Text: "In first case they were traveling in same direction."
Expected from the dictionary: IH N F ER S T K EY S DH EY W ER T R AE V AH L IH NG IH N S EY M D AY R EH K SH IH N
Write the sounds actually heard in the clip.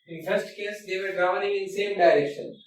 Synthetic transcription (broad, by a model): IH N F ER S T K EY S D EY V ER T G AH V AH N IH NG IH N S EY M D AY R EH K SH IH N